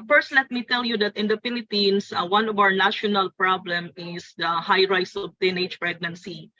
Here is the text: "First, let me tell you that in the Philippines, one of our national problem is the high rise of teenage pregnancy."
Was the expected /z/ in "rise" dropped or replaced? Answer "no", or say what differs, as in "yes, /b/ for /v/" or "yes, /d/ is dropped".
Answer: yes, /s/ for /z/